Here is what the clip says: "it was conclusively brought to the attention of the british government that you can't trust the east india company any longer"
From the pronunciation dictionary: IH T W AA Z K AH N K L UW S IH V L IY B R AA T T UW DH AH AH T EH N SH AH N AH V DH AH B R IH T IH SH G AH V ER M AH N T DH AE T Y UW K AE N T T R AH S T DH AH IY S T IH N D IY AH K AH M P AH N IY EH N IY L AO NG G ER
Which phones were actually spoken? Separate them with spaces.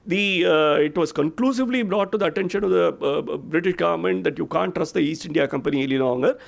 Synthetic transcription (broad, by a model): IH T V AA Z K AH N K L UW S IH V L IY B R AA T T UW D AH AH T EH N SH AH N AH V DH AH B R IH T IH SH G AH V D M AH N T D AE T Y UW K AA N T T R AH S T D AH IY S T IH N D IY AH K AH M P AH N IY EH L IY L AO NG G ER